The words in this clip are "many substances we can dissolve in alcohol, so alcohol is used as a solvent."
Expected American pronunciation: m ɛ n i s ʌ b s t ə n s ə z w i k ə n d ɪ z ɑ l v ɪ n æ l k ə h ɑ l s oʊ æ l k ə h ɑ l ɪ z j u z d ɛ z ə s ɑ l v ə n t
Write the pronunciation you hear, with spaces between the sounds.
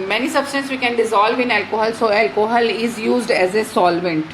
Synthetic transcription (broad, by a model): m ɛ n i s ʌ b s t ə n s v i k ə n d ɪ z ɑ l v ɪ n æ l k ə h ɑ l s oʊ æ l k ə h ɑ l ɪ z j u z d ɛ z ə s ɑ l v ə n t